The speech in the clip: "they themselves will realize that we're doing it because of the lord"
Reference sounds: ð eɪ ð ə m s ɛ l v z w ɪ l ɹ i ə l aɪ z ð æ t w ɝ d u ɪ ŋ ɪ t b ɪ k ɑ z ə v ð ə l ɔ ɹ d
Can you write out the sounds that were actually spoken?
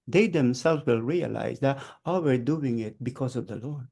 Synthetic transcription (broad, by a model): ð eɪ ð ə m s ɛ l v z w ɪ l ɹ i ə l aɪ z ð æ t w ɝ d u ɪ ŋ ɪ t b ɪ k ɑ z ə v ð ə l ɔ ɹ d